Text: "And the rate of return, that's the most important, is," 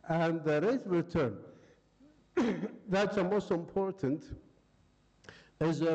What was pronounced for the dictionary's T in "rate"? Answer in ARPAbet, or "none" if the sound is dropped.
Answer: none